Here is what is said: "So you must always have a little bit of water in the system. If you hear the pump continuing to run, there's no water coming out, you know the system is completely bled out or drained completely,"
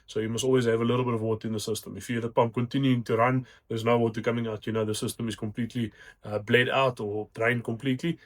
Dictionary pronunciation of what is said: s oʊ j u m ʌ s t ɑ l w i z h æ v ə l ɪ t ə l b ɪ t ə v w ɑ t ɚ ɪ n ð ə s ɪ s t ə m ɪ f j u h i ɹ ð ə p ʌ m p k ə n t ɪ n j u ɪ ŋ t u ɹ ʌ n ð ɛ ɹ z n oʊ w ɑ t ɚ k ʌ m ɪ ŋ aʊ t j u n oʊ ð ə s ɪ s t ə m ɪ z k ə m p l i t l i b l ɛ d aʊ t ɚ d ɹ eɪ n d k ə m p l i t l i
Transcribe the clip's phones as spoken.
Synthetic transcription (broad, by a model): s oʊ j u m ʌ s t ɑ l w i z h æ v ə l ɪ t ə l b ɪ t ə v w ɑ t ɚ ɪ n ð ə s ɪ s t ə m ɪ f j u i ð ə p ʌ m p k ə n t ɪ n j u ɪ ŋ t u ɹ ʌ n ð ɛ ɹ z n oʊ w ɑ t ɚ k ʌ m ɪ ŋ aʊ t j u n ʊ ð ə s ɪ s t ə m ɪ z k ə m p l i t l i b l ɛ d aʊ t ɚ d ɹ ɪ n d k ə m p l i t l i